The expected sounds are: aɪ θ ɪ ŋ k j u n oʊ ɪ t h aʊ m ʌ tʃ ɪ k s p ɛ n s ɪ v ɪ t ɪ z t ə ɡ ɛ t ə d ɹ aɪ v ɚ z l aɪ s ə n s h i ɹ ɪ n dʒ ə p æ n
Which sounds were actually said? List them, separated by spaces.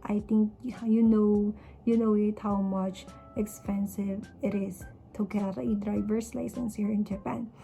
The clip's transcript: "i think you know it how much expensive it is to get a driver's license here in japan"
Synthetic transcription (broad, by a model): aɪ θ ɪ ŋ k j u n oʊ ɪ t h aʊ m ʌ tʃ ɪ k s p ɛ n s ɪ v ɪ t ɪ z t ə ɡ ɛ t ə d ɹ aɪ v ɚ s l aɪ s ə n s h i ɹ ɪ n dʒ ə p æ n